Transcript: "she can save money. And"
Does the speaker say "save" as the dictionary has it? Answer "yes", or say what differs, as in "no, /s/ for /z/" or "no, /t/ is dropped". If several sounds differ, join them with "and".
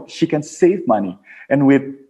yes